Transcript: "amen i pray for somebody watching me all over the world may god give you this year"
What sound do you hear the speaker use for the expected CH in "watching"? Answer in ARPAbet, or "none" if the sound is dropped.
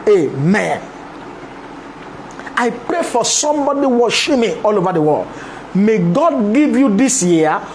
SH